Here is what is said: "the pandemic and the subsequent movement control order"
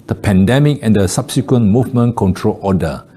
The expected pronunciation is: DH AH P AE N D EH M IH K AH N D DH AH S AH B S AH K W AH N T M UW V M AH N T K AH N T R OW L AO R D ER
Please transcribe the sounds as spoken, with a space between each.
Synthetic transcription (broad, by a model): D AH P AE N D EH M IH K AH N D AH S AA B S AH K W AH N M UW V M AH N K AH N T R OW L AO D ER